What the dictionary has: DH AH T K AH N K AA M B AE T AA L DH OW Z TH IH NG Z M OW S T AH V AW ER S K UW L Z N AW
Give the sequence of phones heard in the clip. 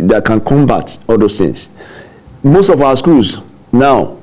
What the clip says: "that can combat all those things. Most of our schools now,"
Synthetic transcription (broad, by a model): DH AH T K AH N K AA M B AE T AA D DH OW TH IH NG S M OW S T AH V AW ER S K UW L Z N AW